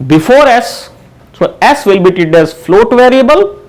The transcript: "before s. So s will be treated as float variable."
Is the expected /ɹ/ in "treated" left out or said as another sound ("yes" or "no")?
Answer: yes